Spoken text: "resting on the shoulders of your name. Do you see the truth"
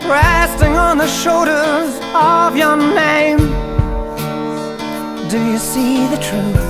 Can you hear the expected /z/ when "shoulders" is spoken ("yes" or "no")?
yes